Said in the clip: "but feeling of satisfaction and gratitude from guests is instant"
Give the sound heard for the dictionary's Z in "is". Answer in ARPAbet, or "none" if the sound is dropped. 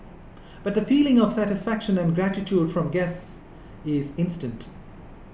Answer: Z